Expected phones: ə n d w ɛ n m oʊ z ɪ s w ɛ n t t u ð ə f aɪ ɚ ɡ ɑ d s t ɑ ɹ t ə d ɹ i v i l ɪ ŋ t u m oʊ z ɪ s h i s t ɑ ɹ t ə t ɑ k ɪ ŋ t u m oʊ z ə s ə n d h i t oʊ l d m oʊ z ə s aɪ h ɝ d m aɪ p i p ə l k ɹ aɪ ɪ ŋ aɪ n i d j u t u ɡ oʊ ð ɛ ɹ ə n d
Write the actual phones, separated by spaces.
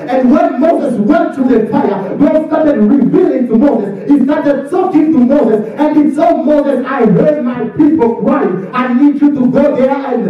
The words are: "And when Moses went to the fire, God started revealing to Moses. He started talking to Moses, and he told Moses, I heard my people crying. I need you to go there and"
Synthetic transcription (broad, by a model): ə n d w ɛ n m oʊ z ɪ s w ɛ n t t u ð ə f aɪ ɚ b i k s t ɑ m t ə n ɹ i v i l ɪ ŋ t u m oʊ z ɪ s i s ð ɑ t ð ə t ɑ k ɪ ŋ t u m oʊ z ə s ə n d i s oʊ m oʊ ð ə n aɪ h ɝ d m aɪ p i p ə l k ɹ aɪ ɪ aɪ n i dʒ j u t u ɡ oʊ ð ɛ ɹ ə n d